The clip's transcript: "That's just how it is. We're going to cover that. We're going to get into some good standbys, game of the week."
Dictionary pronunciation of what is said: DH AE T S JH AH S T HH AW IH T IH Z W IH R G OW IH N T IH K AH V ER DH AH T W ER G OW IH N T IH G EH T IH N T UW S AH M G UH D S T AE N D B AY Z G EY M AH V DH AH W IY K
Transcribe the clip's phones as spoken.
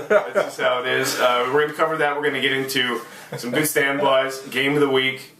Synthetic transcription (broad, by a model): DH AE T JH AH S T HH AW IH T IH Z W IH R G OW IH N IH K AH V ER DH AH T W ER G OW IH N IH G EH T IH N T UW S AH M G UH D S T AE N B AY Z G EY AH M DH AH W IY K